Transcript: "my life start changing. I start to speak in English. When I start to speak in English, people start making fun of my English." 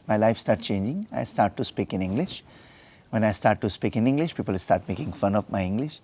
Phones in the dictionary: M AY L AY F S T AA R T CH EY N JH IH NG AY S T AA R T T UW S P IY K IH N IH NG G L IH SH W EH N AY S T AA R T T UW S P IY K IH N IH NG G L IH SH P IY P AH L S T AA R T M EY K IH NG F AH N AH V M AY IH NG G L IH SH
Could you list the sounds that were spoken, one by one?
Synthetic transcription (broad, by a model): M AY L AY F S T AA R T CH EY N JH IH NG AY S T AA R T T UW S P IY K IH N IH NG G L IH SH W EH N AY S T AA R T T UW S P IY K IH N IH NG G L IH SH P IY P AH L S T AA R T M EY K IH NG F AH N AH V M AY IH NG G L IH SH